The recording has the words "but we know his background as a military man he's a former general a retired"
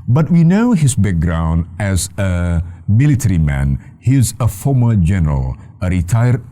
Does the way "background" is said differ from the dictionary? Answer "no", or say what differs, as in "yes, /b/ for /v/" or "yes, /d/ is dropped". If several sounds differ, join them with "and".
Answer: no